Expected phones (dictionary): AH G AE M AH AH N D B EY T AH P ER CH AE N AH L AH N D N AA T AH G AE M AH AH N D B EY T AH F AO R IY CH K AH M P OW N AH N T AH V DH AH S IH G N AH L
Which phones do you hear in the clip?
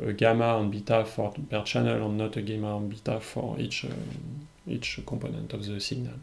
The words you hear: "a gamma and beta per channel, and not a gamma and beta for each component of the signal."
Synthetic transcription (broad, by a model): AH G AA M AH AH N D B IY T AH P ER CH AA N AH L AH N N AA T AH G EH M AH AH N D B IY T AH F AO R IY CH K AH P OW N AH N T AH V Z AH S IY G N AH L